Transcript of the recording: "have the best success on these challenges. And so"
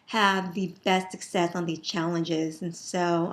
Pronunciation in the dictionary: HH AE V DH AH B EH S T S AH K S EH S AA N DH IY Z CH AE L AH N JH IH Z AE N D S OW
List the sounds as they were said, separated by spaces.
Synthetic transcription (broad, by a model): HH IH V DH AH B EH S T S AH K S EH S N DH IY Z CH AE L AH N JH IH Z N S OW